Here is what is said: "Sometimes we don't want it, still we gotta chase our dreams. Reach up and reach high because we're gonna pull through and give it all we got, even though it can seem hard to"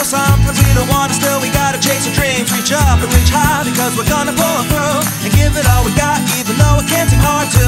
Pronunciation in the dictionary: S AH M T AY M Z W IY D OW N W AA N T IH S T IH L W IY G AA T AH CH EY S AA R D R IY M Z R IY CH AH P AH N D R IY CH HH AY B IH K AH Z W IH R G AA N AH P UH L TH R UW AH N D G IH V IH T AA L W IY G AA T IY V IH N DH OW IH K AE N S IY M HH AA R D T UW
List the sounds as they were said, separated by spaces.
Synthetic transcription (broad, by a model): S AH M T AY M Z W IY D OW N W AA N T IH S T IH L W IY G AA T AH CH EY S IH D R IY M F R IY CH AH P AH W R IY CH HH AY B IH K AH Z W IH R G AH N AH B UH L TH R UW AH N G IH V IH T AA L W IY G AA T IY V IH N DH OW IH K AE N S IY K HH AA R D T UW